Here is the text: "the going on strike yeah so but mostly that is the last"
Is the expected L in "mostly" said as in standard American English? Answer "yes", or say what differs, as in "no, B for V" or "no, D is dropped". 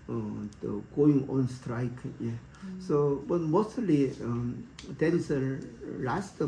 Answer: no, L is dropped